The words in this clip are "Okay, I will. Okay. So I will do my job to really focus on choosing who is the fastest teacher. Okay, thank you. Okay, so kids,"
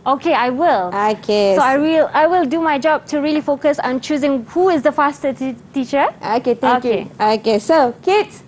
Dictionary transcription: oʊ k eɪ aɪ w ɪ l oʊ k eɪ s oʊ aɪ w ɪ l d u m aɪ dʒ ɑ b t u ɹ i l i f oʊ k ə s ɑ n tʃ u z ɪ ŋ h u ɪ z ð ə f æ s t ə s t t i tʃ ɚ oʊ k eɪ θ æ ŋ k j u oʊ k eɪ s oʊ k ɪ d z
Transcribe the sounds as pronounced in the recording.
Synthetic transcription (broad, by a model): oʊ k eɪ aɪ w ɪ l oʊ k eɪ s oʊ aɪ w ɪ l d u m aɪ dʒ ɑ b t u ɹ i l i f oʊ k ə s ɑ n tʃ u z ɪ ŋ h u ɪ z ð ə f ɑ s t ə t t i tʃ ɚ oʊ k eɪ t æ k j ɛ oʊ k eɪ s oʊ k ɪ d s